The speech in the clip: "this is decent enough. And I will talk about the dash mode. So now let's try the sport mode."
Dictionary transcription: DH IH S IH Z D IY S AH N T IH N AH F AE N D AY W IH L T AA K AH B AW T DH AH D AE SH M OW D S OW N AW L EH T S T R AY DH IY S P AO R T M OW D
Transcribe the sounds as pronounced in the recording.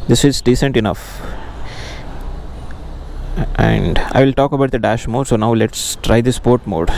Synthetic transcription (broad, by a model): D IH S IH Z D IY S AH N T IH N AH F AE N D AY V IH L T AA K AH B AW T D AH D AE SH M OW D S OW N AW L EH T S T R AY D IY S P AO R T M OW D